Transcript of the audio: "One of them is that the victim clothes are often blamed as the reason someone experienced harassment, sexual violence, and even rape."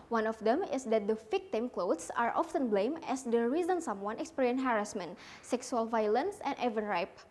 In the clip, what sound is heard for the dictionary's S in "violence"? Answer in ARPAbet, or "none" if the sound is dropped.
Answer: S